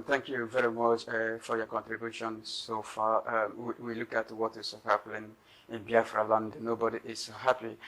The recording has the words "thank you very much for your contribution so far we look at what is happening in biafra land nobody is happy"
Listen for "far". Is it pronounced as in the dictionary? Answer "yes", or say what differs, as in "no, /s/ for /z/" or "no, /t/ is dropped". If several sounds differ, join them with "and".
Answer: no, /w/ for /ɹ/